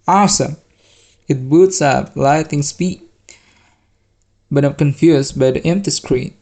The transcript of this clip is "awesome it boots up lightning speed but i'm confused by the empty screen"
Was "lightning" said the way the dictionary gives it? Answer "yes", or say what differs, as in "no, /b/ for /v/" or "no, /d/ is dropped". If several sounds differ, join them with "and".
no, /n/ is dropped